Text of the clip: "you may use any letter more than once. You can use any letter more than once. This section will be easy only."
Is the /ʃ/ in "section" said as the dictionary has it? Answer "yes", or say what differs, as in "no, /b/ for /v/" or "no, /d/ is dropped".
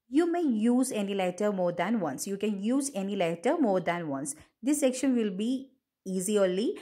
yes